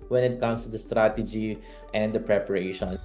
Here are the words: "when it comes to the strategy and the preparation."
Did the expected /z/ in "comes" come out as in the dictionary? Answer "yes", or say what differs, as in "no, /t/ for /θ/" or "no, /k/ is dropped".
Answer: no, /s/ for /z/